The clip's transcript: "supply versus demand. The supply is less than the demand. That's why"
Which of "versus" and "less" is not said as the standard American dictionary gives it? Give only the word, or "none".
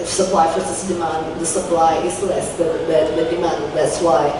versus